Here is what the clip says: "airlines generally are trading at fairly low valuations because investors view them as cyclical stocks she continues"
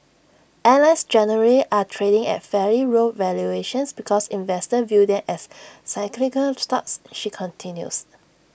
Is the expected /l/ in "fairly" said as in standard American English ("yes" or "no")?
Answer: no